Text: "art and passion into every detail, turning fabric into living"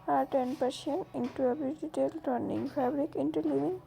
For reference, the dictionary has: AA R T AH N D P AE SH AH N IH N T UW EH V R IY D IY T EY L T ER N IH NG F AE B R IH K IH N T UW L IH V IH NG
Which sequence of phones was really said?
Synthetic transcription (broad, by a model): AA R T AH N D P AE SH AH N IH N T UW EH B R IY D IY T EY L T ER N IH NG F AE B R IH K IH N T UW L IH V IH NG